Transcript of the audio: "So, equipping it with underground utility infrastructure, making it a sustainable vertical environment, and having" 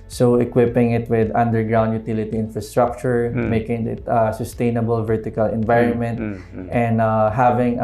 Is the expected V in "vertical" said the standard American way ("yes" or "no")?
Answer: yes